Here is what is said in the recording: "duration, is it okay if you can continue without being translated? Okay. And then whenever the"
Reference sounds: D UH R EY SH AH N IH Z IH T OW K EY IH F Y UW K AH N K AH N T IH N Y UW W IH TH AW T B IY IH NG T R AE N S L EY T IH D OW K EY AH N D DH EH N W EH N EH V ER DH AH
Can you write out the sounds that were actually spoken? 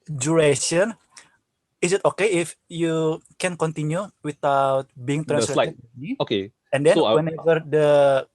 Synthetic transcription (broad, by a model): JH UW R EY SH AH N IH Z IH T OW K EY IH F Y UW K AH N K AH N T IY N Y UW W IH T AW T B IY IH NG T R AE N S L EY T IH OW K EY AH N D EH W EH N EH V ER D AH